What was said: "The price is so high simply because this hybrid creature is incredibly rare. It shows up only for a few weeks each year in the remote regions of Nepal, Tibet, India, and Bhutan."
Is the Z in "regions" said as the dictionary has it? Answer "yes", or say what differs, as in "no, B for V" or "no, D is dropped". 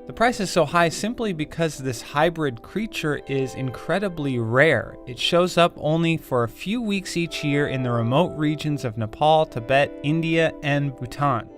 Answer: yes